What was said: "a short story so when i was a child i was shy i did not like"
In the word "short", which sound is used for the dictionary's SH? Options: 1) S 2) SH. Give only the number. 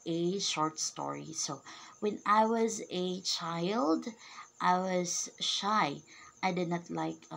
2